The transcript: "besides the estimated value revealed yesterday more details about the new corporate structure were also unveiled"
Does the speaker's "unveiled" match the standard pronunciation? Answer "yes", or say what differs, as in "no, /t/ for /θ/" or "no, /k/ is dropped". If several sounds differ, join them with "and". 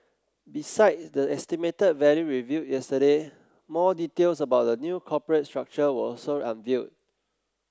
no, /l/ is dropped